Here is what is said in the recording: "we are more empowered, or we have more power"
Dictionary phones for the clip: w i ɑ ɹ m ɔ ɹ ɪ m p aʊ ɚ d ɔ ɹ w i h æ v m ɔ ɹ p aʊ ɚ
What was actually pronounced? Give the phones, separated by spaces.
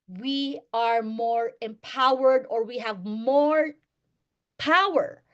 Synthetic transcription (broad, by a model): w i ɑ ɹ m ɔ ɹ ɪ m p aʊ ɚ d ɔ ɹ w i h æ v m ɔ ɹ p aʊ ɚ